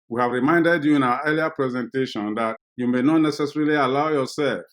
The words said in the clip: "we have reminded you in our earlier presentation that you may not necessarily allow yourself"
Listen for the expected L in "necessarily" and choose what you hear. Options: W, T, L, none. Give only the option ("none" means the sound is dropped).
L